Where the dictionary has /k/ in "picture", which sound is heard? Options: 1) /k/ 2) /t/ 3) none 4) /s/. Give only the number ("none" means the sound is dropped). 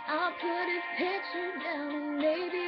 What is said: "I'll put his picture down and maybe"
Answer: 3